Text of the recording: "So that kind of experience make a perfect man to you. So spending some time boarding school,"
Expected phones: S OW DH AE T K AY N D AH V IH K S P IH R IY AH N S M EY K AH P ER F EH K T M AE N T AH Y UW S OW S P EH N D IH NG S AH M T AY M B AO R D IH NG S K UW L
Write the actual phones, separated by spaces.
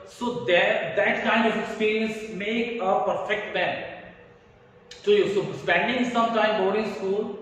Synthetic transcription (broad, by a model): S OW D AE T K AY N D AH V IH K S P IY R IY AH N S M EY K AH P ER F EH K T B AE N S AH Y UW S OW S P EH N D IH NG S AH M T AY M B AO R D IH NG S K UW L